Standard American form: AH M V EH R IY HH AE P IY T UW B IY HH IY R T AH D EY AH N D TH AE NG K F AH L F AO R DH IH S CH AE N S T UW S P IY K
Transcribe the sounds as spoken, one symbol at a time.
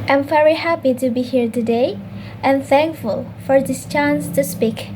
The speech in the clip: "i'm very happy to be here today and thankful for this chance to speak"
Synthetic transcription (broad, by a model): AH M V EH R IY HH AE P IY T UW B IY HH IY R T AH D EY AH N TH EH NG K F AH L F AO R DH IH S CH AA N S T UW S P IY K